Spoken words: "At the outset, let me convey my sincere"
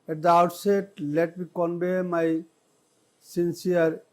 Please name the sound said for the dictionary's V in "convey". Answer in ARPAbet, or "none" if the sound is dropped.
B